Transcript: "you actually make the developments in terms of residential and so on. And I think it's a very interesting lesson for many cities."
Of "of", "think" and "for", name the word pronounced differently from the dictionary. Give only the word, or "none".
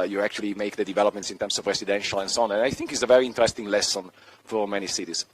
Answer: none